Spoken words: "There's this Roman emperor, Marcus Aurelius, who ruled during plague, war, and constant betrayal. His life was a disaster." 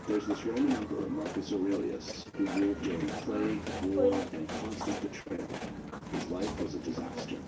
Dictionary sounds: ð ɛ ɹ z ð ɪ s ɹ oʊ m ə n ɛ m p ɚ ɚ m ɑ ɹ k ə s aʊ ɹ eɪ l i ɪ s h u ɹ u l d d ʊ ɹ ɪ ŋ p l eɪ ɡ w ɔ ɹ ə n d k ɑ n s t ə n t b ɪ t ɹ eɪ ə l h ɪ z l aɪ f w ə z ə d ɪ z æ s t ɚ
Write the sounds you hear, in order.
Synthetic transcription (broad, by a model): ð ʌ ɹ z ð ɪ s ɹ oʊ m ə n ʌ m b ɚ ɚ m ɑ ɹ k ə s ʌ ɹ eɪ l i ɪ s h u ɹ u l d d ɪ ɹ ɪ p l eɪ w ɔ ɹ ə n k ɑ n s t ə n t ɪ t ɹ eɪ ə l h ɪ z l aɪ f w ə z ə d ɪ z æ s t ɚ